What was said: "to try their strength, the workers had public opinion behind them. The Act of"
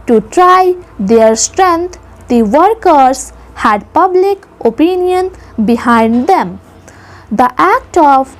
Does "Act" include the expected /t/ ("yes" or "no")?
yes